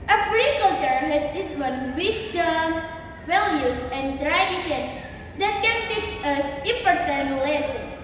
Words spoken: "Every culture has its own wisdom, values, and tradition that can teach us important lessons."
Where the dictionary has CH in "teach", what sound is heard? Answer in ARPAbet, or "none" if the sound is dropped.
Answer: S